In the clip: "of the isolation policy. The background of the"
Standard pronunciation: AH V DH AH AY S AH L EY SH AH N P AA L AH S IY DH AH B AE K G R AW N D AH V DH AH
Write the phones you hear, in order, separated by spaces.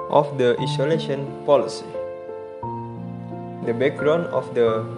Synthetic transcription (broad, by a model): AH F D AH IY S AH L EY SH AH N P AA L AH S IY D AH B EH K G R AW N AH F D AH